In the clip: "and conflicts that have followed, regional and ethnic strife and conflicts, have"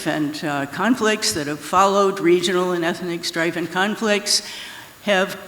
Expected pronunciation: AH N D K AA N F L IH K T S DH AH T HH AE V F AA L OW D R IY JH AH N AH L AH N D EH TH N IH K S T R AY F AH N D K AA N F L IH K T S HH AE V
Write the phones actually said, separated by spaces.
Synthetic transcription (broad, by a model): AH N K AA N F L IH K T S DH AH T HH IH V F AA L OW D R IY JH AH N L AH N EH TH N IH K S T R AY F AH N K AA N F L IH K T S HH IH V